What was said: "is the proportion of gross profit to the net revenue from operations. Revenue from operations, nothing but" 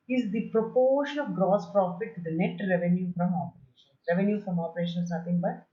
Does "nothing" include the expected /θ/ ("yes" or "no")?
no